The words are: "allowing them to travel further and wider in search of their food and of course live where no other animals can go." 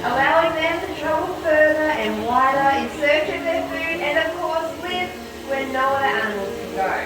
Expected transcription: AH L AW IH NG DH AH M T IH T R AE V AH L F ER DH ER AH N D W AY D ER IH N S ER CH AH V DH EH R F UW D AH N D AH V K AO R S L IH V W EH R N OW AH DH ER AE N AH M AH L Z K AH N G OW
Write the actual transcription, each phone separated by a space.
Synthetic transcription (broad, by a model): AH L AW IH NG DH AH M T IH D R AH AH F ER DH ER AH N W AY D ER IH N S ER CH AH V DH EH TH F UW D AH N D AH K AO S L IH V W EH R N OW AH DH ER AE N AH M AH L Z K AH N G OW